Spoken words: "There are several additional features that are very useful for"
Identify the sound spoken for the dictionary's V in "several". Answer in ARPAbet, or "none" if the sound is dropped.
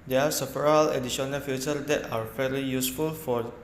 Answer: F